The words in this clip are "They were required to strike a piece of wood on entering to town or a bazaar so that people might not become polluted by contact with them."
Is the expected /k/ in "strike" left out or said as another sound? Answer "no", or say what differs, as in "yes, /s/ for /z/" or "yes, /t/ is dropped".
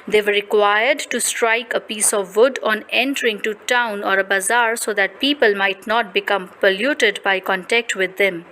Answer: no